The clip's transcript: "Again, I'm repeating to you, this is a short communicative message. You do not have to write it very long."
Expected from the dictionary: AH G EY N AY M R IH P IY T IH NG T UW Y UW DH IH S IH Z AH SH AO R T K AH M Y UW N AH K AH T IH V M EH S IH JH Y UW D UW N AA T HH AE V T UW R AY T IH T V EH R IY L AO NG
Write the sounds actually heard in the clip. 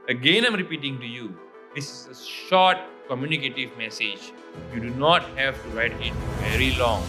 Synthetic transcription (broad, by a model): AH G EY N AY M R IH P IY T IH NG T UW Y UW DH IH S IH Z AH SH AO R T K AH M Y UW N AH K AH T IH V M EH S IH JH Y UW D UW N AA T HH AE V T UW R AY T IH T V EH R IY L AO NG